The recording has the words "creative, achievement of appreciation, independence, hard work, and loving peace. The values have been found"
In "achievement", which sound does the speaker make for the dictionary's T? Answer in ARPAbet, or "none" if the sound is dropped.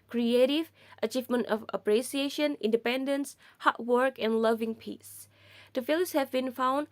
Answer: T